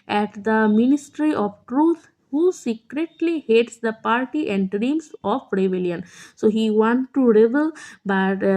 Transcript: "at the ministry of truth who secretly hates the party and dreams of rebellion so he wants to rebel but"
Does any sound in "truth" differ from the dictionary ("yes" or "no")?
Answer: yes